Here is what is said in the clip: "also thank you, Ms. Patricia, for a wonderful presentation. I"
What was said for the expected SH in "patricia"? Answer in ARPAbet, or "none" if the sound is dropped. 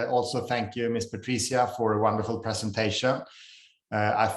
S